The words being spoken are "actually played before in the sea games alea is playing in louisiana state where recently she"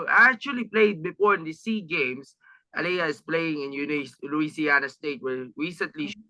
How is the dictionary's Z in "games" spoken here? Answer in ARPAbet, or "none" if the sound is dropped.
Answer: S